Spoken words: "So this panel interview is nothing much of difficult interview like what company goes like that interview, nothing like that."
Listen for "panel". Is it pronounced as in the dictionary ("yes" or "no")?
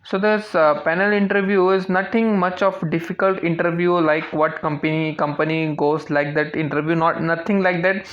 yes